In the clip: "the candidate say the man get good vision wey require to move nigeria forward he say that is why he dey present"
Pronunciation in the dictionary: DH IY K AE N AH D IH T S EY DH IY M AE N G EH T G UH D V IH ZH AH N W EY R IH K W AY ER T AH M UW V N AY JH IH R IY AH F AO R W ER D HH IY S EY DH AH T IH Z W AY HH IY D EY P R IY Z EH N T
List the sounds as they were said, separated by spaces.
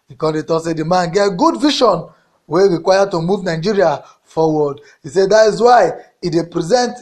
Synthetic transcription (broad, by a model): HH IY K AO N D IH T S EY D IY M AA N G EH T G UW D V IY SH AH N W EY R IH K W AY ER T AH M UW V N AY JH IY R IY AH F AO W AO D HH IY S EY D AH T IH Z W AY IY D EY P R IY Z EH N T